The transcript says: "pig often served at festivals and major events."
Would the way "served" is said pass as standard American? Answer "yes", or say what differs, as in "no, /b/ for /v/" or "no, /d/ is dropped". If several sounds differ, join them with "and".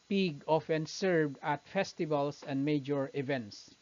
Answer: yes